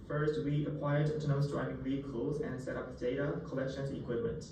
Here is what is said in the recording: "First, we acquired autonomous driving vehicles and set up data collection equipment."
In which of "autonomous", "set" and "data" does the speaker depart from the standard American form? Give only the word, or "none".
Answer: autonomous